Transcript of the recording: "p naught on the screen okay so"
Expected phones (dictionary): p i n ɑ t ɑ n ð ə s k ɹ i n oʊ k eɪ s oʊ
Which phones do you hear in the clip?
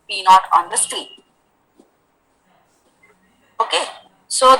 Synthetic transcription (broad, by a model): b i n ɑ t ɑ n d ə s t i oʊ k eɪ s oʊ